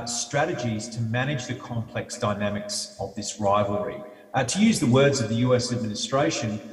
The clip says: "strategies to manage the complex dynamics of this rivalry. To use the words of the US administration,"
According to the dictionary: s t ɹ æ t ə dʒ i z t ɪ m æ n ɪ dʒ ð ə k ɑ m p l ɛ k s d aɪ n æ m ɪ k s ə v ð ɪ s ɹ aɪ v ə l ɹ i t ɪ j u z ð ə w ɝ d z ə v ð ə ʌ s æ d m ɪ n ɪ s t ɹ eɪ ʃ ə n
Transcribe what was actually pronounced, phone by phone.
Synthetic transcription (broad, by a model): s t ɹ æ t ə dʒ i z t ɪ m æ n ɪ dʒ ð ə k ɑ m p l ɛ k s d aɪ n æ m ɪ k s ə v ð ɪ s ɹ aɪ v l ɹ i t ɪ j u z ð ə w ɝ d z ə v ð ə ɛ s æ d m ɪ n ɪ s t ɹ eɪ ʃ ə n